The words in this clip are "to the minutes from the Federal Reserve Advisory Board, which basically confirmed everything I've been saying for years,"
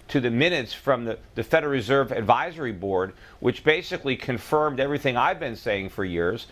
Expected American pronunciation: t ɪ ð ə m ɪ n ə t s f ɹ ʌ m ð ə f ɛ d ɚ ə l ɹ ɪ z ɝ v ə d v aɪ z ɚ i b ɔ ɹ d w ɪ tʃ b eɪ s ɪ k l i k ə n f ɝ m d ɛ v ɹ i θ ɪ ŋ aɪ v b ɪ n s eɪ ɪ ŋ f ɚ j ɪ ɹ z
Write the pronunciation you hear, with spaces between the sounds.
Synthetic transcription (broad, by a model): t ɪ ð ə m ɪ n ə t s f ɹ ʌ m ð ə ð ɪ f ɚ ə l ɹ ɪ z ɝ v ə d v aɪ z ɚ i b ɔ ɹ d w ɪ tʃ b eɪ s ɪ k l i k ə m f ɝ m d ɛ v ɹ i θ ɪ ŋ aɪ v b ɪ n s eɪ ɪ ŋ f ɚ j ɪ ɹ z